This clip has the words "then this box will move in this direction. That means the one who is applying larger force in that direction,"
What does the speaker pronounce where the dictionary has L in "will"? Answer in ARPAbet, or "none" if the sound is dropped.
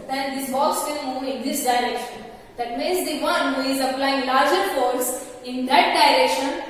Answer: N